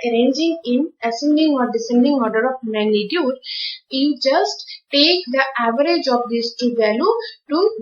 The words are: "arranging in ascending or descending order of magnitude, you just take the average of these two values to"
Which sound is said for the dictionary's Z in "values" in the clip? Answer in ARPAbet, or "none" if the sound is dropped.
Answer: none